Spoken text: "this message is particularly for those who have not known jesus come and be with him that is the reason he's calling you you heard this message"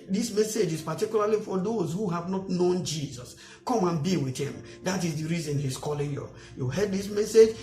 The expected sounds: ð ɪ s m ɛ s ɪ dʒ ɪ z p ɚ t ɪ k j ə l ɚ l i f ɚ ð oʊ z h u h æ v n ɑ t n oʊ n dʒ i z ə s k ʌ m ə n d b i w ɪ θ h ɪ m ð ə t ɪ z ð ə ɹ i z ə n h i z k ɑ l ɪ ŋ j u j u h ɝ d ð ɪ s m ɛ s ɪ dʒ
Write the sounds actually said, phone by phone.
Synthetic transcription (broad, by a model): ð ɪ s m ɛ s ɪ dʒ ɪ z p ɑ t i k j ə l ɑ l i f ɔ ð oʊ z h u h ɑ v n ɑ t n oʊ n dʒ i z ə s k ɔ m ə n b i w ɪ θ h ɪ m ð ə t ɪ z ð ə ɹ i z ə n h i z k ɑ l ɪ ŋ j u j u h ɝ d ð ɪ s m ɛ s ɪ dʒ